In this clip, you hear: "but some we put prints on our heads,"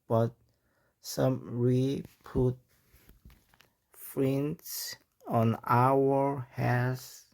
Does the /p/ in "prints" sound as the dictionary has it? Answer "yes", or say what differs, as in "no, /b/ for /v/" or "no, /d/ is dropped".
no, /f/ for /p/